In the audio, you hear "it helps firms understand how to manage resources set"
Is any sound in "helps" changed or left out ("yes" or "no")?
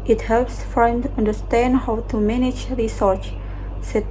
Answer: no